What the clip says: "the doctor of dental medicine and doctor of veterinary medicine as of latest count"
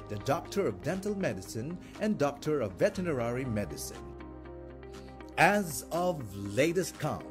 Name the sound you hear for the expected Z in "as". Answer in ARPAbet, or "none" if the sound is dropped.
Z